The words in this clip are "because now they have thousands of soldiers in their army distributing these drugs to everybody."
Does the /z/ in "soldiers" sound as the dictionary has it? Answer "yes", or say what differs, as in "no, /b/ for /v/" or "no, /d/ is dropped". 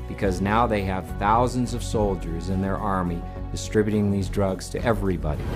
yes